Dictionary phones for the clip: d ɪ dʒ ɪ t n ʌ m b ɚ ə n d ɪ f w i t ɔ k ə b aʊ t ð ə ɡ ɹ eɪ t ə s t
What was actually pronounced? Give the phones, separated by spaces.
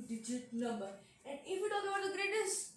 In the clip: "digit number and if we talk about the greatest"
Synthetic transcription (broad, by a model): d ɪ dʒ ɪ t n ʌ m b ɚ ə n d ɪ f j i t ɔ ə aʊ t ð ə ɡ ɹ eɪ t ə s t